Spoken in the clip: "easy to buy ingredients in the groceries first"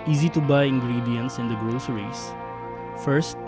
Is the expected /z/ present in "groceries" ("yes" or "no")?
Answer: no